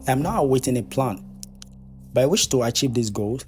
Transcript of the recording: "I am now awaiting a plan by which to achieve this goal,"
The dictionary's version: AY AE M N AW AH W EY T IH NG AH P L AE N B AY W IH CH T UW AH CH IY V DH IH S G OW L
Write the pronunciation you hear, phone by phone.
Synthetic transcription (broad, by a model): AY M N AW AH W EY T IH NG AH P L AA N B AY W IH SH T UW AH CH IY V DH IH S G OW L